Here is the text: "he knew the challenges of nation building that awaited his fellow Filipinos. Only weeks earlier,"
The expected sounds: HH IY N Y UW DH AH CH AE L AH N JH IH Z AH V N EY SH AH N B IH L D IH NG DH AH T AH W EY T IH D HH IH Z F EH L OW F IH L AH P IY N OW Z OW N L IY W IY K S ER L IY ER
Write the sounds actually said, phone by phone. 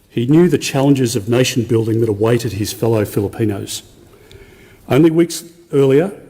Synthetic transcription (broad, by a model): HH IY N Y UW DH AH CH AE L AH N JH IH Z AH V N EY SH N B IH L D IH NG DH AH T AH W EY T IH D IH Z F EH L OW F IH L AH P IY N OW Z OW N L IY W IY K S ER L IY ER